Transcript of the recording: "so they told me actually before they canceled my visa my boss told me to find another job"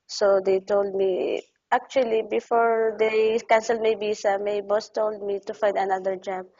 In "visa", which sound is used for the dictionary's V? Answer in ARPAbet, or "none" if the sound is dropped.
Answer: B